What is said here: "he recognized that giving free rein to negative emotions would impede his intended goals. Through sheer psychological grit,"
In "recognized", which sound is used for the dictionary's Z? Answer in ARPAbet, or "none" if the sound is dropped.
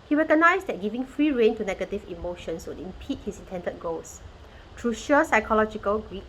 S